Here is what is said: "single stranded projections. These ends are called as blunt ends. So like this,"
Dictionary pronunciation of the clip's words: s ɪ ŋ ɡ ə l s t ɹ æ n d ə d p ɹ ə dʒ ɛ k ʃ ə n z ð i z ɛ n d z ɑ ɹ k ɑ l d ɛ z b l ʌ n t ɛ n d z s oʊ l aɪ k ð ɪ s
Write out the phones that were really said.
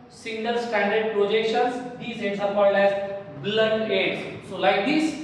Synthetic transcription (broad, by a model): s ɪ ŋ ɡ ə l s t æ n d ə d p ɹ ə dʒ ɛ k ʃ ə n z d i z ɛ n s ɑ ɹ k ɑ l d ɛ z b l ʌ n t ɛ d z s oʊ l aɪ k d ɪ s